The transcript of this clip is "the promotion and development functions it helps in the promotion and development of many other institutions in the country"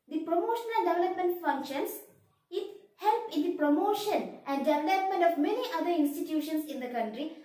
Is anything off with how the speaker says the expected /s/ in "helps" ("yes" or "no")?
yes